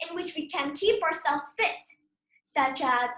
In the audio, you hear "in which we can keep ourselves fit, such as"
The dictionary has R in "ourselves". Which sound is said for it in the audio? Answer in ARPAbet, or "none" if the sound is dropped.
R